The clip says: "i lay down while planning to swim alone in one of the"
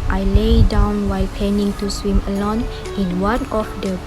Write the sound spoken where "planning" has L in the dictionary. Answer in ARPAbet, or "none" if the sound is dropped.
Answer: none